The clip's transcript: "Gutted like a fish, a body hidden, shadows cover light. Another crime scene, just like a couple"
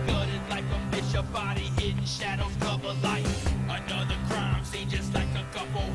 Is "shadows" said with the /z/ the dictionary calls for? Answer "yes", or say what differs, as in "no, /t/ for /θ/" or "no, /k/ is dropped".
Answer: no, /z/ is dropped